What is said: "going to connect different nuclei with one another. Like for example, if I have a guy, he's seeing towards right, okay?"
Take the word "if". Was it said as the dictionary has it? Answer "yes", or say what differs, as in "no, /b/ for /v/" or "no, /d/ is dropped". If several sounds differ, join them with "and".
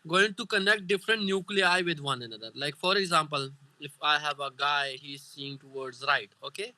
yes